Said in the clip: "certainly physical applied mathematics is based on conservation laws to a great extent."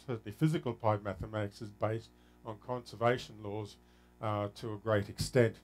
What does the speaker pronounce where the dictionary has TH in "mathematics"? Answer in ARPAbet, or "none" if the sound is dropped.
TH